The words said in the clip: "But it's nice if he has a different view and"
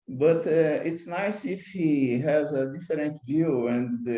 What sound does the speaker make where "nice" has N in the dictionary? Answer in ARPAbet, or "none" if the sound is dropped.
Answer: N